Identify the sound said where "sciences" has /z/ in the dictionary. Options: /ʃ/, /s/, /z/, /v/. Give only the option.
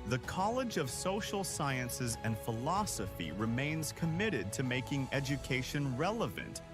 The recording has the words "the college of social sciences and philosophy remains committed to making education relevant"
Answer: /z/